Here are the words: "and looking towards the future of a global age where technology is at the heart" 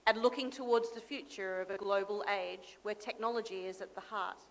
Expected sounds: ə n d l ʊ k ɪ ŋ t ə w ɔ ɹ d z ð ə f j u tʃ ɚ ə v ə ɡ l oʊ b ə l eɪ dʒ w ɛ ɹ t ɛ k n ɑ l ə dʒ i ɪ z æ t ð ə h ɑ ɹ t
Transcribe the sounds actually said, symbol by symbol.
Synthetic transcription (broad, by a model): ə n l ʊ k ɪ ŋ t ə w ɔ ɹ d z ð ə f j u tʃ ɚ ə v ə ɡ l oʊ b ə l eɪ dʒ w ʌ ɹ t ɛ k n ɑ l ə dʒ i ɪ z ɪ t ð ə h ɑ ɹ t